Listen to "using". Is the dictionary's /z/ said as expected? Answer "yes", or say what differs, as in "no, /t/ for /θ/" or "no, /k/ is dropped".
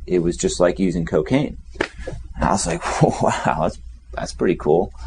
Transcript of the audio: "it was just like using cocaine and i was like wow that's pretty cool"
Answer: yes